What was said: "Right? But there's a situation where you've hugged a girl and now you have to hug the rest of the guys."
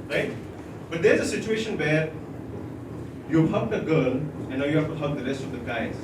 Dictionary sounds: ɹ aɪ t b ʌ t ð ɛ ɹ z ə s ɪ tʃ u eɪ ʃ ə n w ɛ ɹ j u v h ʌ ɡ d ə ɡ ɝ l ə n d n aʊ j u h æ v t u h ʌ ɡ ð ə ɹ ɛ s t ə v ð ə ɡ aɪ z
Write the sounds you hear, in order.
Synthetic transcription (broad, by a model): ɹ aɪ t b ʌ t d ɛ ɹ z ə s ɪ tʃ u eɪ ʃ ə n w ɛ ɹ j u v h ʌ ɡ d ə ɡ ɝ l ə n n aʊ j u h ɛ f t u h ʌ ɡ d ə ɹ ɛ s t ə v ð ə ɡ aɪ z